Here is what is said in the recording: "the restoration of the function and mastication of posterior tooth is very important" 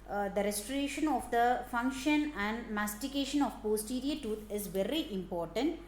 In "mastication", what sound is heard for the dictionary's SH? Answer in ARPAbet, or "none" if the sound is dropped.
SH